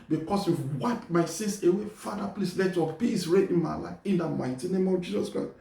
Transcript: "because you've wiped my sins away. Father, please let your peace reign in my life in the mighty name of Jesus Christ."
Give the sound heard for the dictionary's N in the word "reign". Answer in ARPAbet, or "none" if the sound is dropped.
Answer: none